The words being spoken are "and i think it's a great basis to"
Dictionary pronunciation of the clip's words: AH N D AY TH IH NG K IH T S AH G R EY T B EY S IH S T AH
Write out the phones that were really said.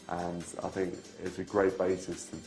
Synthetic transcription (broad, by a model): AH N AY TH IH NG K IH T S AH G R EY T B EY S IH S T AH